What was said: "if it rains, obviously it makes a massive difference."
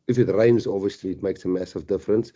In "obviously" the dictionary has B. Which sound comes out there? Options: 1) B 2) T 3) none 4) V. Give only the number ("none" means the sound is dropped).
3